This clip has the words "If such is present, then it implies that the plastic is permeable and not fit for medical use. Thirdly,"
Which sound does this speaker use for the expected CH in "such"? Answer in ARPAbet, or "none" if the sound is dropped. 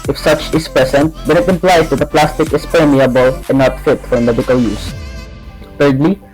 CH